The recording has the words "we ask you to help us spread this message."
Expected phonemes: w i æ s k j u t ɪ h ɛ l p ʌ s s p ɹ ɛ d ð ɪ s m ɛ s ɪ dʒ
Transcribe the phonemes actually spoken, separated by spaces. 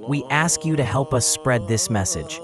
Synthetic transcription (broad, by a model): w i æ s k j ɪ t ɪ h ɛ l p ʌ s s p ɹ ɛ d ð ɪ s m ɛ s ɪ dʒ